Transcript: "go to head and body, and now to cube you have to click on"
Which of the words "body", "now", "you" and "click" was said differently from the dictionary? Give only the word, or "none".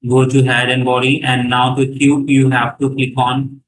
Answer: click